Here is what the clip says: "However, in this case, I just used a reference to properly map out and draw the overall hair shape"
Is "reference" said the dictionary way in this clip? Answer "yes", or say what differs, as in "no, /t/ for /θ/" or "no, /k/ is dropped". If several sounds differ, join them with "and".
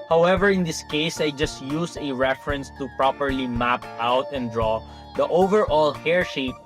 yes